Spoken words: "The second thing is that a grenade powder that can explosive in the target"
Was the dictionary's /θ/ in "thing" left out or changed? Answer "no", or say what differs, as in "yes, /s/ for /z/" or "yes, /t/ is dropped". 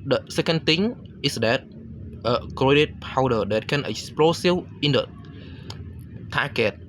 yes, /t/ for /θ/